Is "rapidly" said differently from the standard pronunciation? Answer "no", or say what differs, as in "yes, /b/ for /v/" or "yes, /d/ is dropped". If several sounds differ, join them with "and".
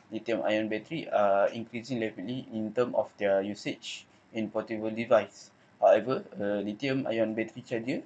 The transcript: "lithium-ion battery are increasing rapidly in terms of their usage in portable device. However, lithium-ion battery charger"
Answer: yes, /l/ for /ɹ/